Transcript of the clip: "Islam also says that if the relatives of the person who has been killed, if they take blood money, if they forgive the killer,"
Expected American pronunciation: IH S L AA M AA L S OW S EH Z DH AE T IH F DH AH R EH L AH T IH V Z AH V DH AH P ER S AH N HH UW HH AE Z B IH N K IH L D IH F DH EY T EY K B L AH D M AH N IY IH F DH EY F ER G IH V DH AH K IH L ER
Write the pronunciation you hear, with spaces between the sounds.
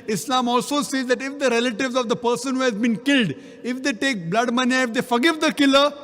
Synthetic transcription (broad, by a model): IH S L AA M AA L S OW S EH Z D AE T IH F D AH R EH L AH T IH V Z AH V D AH P ER S AH N HH UW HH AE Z B IH N K IH L D IH F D EY T EY K B L AH D M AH N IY IH F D EY F ER G IH V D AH K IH L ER